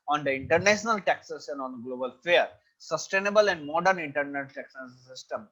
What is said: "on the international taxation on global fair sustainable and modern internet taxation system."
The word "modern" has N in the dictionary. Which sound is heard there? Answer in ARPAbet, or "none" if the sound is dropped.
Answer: N